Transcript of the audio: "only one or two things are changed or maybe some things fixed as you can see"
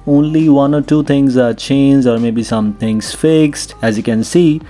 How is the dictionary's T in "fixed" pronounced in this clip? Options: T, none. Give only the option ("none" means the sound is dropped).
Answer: T